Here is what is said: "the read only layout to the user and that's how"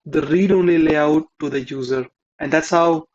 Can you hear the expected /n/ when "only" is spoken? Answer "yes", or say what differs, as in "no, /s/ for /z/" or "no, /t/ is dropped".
yes